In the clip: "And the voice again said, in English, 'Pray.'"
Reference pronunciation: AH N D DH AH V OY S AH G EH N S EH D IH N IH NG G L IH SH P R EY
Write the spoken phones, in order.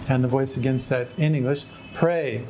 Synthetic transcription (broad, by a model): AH N DH AH V OY S AH G EH N S EH D IH N IH NG G L IH SH P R EY